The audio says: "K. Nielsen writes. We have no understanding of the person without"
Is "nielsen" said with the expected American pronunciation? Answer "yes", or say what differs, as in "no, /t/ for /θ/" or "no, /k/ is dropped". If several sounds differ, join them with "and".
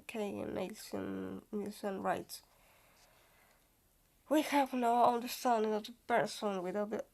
no, /l/ is dropped